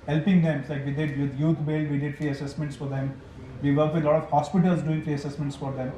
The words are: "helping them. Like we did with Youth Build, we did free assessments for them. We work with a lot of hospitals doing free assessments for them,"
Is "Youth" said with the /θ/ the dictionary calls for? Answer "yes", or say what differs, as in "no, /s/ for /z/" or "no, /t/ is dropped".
no, /t/ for /θ/